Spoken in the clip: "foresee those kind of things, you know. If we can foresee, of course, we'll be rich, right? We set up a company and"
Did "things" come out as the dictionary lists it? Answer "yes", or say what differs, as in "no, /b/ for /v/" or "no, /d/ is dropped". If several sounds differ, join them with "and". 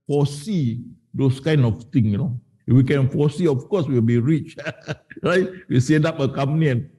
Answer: no, /z/ is dropped